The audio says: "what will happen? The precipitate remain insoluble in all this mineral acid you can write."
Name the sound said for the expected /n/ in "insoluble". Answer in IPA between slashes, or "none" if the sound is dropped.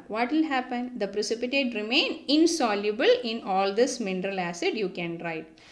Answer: /n/